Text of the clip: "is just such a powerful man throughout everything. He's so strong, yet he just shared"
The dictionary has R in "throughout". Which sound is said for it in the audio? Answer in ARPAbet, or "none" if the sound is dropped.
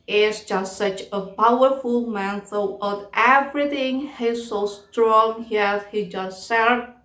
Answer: none